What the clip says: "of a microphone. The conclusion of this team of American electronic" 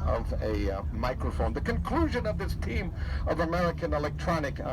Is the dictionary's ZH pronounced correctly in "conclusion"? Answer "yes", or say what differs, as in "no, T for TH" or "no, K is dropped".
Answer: yes